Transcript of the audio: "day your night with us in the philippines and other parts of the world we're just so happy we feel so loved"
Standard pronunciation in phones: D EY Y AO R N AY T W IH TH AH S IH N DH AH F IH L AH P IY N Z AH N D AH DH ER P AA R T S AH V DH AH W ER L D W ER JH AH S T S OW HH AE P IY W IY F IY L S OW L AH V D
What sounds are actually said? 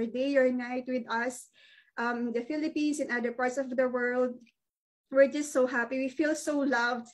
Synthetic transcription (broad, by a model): D EY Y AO R N AY T W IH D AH S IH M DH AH F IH L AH P IY N S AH N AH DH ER P AA R T S AH V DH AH W ER L D W ER JH AH S T S OW HH AE P IY W IY F IY L S OW L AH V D